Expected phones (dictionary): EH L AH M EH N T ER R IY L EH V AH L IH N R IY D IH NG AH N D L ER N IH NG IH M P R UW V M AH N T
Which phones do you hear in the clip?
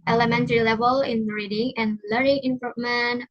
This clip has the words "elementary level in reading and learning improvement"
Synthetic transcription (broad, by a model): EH L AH M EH N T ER R IY L EH V AH L IH N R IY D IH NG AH N L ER IH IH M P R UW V M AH N